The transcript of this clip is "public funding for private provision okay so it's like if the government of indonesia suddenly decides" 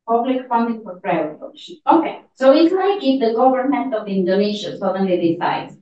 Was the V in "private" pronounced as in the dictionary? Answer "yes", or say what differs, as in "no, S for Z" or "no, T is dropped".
no, V is dropped